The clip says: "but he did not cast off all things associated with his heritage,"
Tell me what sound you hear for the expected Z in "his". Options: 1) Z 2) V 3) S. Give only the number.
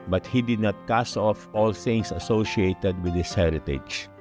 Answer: 3